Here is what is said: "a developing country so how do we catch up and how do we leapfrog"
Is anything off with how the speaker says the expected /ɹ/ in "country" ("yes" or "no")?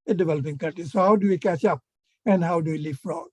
yes